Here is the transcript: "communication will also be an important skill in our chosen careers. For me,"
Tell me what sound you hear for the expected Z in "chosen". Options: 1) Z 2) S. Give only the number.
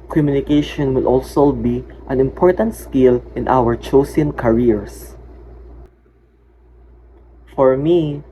2